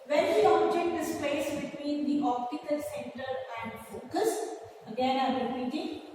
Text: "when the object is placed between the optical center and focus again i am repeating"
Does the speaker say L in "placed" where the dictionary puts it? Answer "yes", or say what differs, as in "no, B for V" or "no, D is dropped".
no, L is dropped